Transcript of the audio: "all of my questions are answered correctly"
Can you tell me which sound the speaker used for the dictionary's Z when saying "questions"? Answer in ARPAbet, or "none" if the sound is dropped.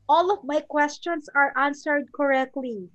S